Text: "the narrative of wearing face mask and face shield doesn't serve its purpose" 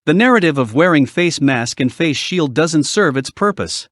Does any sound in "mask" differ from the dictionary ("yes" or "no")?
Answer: no